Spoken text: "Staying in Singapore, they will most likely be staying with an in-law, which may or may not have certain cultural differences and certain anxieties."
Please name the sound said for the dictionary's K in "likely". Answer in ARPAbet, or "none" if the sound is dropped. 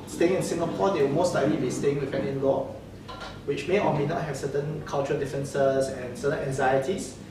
none